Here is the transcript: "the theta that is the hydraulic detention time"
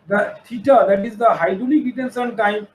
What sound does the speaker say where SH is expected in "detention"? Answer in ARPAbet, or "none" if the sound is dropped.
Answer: S